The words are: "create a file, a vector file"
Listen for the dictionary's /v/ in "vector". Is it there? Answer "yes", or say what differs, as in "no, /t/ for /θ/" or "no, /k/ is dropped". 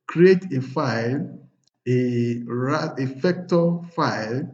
no, /f/ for /v/